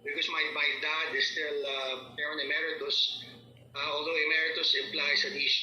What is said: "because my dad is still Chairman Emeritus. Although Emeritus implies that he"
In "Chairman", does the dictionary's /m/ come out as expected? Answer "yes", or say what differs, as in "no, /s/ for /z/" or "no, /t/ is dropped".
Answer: no, /m/ is dropped